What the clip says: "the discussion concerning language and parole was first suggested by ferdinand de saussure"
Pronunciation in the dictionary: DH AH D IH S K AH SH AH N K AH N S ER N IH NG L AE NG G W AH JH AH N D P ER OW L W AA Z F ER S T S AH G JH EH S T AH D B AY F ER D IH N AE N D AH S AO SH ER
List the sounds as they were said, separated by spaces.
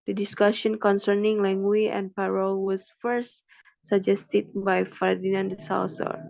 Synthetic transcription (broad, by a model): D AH D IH S K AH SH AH N K AH N S ER N IH NG L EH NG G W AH AH N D P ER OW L W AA S F ER S T S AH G JH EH S T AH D B AY F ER D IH N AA N D AH S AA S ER